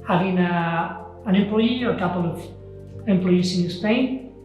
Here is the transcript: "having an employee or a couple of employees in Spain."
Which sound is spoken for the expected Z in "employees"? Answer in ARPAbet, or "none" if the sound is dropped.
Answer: S